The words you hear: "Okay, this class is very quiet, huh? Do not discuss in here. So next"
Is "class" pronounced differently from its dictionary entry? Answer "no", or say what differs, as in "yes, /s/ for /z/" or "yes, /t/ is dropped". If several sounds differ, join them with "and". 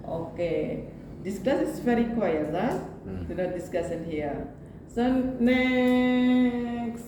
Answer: yes, /l/ is dropped